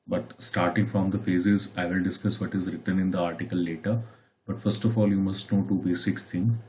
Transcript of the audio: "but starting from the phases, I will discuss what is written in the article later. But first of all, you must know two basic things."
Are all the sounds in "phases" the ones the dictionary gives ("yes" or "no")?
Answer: yes